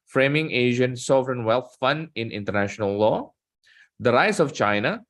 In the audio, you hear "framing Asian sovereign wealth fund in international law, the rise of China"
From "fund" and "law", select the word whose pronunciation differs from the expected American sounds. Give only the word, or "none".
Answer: none